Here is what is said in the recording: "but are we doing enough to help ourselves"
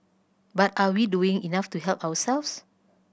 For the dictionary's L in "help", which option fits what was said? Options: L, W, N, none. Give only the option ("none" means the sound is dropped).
L